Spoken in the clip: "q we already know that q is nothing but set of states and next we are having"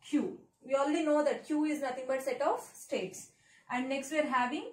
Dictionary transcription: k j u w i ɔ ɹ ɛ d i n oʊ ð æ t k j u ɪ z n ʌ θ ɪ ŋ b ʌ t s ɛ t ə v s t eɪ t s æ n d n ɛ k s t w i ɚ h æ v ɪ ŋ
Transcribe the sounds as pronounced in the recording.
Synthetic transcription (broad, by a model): k j u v i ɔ l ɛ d i n oʊ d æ t k j u ɪ z n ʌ t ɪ ŋ b ʌ t s ɛ t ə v s t eɪ t s æ n d n ɛ k s t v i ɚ h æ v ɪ ŋ